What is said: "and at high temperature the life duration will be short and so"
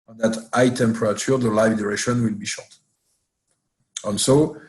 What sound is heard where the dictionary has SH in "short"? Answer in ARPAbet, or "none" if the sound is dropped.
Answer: SH